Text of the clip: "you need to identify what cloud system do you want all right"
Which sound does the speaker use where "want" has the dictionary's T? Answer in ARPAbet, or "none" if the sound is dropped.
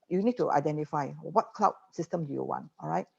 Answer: T